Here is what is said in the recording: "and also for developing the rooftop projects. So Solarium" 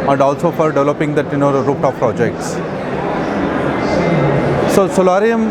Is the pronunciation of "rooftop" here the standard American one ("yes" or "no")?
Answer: no